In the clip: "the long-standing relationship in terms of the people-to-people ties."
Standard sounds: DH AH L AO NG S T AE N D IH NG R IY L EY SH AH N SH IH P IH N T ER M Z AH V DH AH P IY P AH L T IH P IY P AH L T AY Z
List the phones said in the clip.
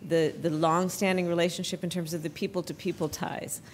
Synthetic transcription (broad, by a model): DH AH L AO NG S T AE N D IH NG R IY L EY SH AH N SH IH P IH N T ER M Z AH V DH AH P IY P L T IH P IY P L T AY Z